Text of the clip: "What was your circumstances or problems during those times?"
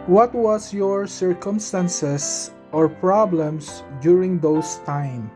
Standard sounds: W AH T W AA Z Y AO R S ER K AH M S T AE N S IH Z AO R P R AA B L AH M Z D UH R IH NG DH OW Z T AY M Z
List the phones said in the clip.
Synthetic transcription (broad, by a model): W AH T W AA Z Y AO R S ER K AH M S T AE N S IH S AO R P R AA B L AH M S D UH R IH NG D OW S T AY M